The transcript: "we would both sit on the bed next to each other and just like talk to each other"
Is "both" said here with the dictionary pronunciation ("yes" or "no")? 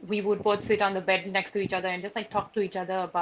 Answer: no